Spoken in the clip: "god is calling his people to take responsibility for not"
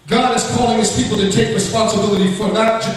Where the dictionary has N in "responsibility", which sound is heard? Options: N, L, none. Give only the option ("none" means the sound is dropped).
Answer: N